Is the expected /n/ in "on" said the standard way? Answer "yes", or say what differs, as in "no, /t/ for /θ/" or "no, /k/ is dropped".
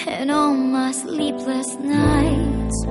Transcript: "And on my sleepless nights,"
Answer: no, /l/ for /n/